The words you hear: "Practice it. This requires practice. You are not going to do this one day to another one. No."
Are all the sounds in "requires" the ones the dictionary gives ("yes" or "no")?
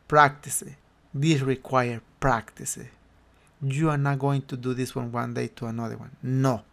no